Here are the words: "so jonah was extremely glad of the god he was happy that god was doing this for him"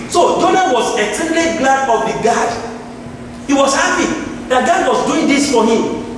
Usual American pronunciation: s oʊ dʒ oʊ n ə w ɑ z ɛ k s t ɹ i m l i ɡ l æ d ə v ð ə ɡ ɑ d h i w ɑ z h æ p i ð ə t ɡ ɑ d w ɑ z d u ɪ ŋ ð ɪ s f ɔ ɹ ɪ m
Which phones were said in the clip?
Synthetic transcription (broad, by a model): s oʊ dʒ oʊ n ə w ɑ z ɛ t ɛ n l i ɡ l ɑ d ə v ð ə ɡ ɑ d h i w ɑ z h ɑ p i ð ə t ɡ ɑ d w ɑ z d u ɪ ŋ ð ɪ s f ɔ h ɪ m